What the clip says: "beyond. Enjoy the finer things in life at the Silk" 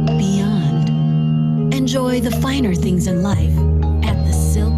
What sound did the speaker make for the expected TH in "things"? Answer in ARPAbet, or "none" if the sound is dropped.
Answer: TH